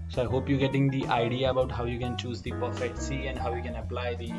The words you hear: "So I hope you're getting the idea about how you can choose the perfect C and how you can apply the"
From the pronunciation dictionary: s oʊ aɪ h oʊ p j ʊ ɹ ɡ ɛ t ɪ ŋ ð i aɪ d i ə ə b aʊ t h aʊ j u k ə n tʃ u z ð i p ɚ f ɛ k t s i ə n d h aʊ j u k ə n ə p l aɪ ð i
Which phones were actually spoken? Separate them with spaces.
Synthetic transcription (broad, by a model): s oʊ aɪ h oʊ p j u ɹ ɡ ɛ t ɪ ŋ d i aɪ d i ə ə b aʊ t h aʊ j u k ə n tʃ u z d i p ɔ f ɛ t s i ə n d h aʊ j u k ə n ə p l aɪ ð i